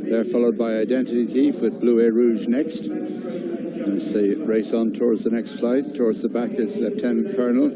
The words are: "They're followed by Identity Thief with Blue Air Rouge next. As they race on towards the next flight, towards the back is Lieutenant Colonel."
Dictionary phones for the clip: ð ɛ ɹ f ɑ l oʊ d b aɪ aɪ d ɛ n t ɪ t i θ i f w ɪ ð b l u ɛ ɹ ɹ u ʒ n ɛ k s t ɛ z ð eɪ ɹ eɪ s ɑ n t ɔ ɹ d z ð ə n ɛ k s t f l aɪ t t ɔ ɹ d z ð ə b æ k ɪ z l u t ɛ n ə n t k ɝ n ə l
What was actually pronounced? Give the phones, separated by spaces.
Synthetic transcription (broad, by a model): ð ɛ ɹ f ɑ l oʊ d b aɪ aɪ d ɛ n t ɪ t i θ i f w ɪ ð b l u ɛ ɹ ɹ u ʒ n ɛ k s t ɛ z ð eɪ ɹ eɪ s n t ɔ ɹ d z ð ə n ɛ k s t f l aɪ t t ɔ ɹ d z ð ə b æ k ɪ z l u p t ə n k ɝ n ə l